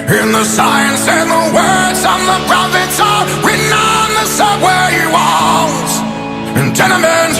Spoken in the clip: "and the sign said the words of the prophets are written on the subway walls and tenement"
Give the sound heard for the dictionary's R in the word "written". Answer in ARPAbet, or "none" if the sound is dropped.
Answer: W